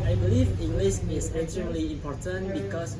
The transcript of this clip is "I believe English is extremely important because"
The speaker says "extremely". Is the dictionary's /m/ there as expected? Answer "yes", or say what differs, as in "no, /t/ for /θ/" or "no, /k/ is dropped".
no, /m/ is dropped